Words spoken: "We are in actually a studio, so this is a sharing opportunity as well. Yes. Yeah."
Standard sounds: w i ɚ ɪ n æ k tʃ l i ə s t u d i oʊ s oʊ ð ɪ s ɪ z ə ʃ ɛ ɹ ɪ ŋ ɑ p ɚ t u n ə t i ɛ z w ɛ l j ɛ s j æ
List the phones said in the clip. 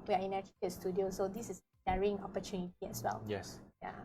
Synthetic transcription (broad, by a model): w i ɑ ɪ n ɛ tʃ i ə s t u d i oʊ s oʊ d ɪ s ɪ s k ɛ ɹ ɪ ŋ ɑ p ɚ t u n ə t i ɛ s w ɛ l j ɛ s j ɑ